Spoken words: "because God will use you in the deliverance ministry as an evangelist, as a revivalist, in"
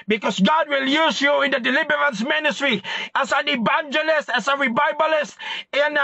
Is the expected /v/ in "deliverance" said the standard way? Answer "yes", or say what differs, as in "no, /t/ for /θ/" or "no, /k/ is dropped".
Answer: no, /b/ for /v/